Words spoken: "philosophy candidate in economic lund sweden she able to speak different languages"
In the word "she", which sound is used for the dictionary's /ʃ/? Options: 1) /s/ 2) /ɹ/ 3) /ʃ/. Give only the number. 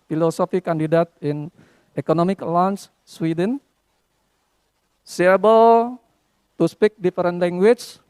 1